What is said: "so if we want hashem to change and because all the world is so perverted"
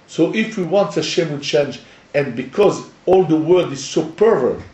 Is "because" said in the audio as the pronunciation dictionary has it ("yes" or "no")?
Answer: yes